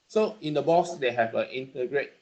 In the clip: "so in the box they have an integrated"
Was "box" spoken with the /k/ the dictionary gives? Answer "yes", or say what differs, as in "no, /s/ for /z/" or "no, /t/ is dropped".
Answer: no, /k/ is dropped